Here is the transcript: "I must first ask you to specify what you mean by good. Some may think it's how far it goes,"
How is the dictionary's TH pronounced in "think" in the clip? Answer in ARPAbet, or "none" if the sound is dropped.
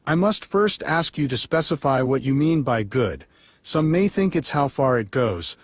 TH